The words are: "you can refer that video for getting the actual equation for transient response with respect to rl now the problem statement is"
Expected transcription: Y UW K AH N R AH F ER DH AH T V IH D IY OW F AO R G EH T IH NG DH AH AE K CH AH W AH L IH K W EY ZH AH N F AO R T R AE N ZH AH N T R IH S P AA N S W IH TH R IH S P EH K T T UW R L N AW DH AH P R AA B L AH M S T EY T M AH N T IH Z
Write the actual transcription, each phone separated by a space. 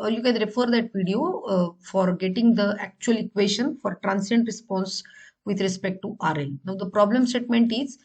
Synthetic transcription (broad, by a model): Y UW K AH N R AH F ER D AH T V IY D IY OW F AO R G EH T IH NG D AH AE K CH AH AH L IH K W EY SH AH N F AO R T R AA N S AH N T R IH S P AA N S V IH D R IH S P EH K T T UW R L N AW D AH P R AA B L AH M S T EY T M AH N T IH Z